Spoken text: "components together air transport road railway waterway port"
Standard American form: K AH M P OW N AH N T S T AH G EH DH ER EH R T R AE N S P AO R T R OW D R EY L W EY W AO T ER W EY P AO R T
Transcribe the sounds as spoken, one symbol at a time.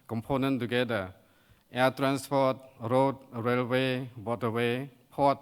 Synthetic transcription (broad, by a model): K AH M P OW N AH N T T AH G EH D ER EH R T R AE N S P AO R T R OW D R EY L W EY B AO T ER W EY P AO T